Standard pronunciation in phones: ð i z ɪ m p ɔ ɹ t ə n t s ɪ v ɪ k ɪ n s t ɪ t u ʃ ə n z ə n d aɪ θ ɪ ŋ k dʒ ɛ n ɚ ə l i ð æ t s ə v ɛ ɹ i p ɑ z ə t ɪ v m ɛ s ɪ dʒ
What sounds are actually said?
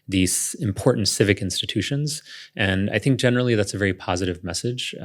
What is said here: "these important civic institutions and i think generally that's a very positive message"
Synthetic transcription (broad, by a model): ð i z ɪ m p ɔ ɹ t n t s ɪ v ɪ k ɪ n s t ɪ t u ʃ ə n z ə n aɪ θ ɪ ŋ k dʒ ɛ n ɚ l i ð æ t s ə v ɛ ɹ i p ɑ z ə t ɪ v m ɛ s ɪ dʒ